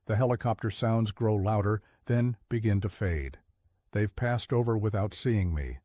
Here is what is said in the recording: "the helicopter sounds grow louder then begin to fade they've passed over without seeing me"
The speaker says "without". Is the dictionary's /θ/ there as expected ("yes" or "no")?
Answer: yes